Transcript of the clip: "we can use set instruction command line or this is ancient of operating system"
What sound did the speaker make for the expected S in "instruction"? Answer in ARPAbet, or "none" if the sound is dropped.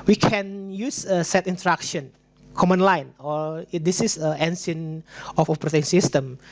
none